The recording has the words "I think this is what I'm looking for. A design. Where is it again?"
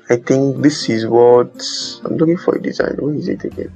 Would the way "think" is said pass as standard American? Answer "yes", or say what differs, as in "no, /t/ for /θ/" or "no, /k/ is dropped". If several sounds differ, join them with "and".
no, /t/ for /θ/